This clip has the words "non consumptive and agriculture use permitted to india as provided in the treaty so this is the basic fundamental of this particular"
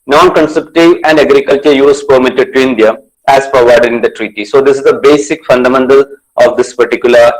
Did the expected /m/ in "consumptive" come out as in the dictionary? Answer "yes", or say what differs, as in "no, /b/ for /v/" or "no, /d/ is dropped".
no, /m/ is dropped